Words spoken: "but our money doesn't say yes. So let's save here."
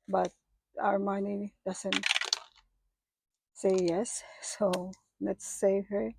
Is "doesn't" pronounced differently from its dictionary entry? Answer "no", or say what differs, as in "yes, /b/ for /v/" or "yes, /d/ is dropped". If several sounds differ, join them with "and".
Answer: yes, /s/ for /z/